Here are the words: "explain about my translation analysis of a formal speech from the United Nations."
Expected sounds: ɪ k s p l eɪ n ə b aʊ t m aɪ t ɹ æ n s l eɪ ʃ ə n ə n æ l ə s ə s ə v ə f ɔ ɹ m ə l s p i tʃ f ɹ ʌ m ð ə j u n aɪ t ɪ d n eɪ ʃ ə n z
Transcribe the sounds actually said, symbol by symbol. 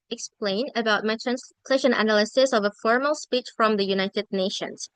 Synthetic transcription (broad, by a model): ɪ k s p l eɪ n ə b aʊ t m aɪ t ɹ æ n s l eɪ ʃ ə n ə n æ l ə s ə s ə v ə f ɔ ɹ m ə l s p i tʃ f ɹ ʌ m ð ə j u n aɪ t ɪ d n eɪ ʃ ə n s